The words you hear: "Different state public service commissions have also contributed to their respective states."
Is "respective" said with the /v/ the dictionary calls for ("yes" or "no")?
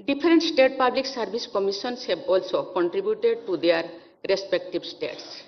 no